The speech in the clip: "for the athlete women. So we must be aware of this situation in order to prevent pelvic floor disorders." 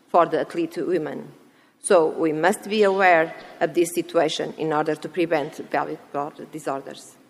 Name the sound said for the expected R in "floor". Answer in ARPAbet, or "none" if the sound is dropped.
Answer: L